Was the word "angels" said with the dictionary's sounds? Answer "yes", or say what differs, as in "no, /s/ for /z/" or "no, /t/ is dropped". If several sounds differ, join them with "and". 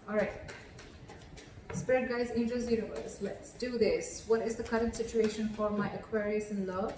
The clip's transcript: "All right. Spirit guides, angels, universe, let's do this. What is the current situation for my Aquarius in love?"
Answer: no, /l/ is dropped